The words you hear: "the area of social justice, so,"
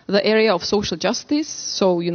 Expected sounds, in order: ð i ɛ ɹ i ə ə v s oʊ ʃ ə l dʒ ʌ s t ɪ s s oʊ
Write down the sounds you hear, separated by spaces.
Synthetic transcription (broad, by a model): ð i ɛ ɹ i ə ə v s oʊ ʃ ə l dʒ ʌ s t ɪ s s oʊ